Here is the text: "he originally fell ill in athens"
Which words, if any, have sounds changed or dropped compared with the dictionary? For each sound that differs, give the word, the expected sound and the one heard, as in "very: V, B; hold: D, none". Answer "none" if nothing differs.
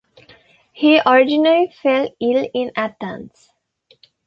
athens: TH, T; athens: Z, S